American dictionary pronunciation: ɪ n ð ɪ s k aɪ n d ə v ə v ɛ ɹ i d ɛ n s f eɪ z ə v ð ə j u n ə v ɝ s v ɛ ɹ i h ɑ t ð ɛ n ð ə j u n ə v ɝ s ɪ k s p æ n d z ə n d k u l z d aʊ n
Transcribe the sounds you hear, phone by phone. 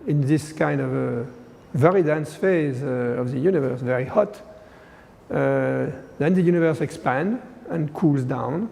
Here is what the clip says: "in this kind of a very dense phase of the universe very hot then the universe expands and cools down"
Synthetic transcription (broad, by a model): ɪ n ð ɪ s k aɪ n d ə v ə v ɛ ɹ i d ɛ n s f eɪ z ə v ð ə j u n ə v ɝ s v ɛ ɹ i h ɑ t ð ɛ n ð ə j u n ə v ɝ s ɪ k s p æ n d ə n k u l z d aʊ n